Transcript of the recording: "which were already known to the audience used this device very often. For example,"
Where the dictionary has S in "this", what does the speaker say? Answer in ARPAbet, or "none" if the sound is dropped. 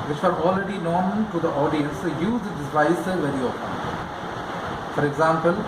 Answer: none